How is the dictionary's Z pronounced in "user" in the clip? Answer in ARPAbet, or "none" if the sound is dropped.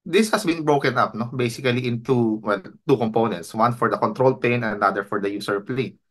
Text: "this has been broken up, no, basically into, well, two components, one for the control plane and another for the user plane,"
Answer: S